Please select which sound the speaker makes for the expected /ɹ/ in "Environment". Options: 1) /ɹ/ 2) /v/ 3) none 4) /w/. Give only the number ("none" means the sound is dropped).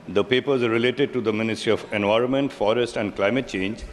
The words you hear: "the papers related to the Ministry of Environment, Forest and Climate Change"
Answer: 1